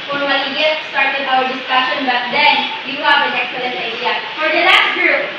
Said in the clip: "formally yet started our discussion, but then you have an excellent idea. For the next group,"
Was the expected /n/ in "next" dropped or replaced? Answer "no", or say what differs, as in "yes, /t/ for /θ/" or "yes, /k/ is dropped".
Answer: yes, /l/ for /n/